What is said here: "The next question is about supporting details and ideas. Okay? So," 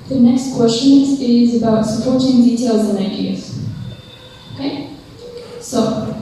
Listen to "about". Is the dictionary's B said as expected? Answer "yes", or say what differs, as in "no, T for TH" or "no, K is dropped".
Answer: yes